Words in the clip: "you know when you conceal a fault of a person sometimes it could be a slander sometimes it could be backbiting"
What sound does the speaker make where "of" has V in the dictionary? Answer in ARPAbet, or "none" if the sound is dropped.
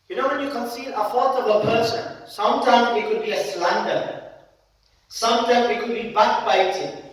B